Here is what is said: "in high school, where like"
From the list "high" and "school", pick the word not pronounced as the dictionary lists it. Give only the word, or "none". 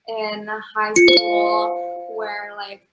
school